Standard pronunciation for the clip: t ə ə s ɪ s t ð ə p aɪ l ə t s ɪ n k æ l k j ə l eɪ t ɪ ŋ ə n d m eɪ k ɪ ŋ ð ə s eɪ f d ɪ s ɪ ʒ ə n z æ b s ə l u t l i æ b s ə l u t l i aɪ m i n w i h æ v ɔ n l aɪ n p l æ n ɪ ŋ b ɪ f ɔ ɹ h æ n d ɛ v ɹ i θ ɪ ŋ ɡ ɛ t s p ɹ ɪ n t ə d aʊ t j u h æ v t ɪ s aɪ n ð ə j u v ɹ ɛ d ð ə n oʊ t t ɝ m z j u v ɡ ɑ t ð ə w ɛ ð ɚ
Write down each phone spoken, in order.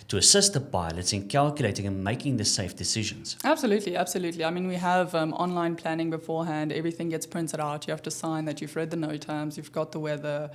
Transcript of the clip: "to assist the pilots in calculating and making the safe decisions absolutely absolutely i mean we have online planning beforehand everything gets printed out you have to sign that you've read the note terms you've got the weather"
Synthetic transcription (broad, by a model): t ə ə s ɪ s t ð ə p aɪ l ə t s ɪ n k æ l k j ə l eɪ t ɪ ŋ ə n m eɪ k ɪ ŋ ð ə s eɪ f d ɪ s ɪ ʒ ə n z æ b s ə l u t l i æ b s ə l u t l i aɪ m i n w i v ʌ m ɔ n l aɪ n p l æ n ɪ ŋ b ɪ f ɔ ɹ h æ n d ɛ v ɹ i θ ɪ ŋ ɡ ɛ t s p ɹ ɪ n t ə d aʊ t j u h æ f t ɪ s aɪ n ð ə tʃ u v ɹ ɛ d ð ə n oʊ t t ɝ m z j u v ɡ ɑ t ð ə w ɛ ð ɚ